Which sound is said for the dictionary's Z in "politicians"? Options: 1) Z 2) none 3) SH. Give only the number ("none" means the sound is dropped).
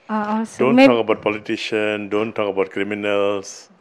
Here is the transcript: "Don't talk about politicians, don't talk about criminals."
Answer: 2